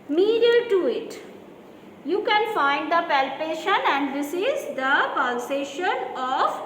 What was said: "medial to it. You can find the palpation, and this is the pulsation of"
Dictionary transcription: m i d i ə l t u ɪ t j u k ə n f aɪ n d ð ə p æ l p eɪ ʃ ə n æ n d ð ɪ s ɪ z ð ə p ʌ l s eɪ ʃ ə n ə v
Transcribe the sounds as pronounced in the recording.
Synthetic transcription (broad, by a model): m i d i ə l t u ɪ t j u k ə n f aɪ n d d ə p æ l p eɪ ʃ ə n æ n d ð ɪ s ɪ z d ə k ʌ n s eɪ ʃ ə n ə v